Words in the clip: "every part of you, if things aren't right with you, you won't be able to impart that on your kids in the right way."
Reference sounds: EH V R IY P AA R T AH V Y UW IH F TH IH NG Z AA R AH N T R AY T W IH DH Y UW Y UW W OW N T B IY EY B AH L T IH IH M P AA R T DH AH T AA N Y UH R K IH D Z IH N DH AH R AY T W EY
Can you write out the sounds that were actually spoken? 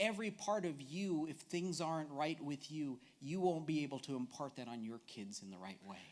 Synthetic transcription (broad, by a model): EH V R IY P AA R T AH V Y UW IH F TH IH NG Z AA R AH N T R AY T W IH DH Y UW Y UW W OW N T B IY EY B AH L T IH IH M P AA R T DH AH T N Y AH R K IH D Z IH N DH AH R AY T W EY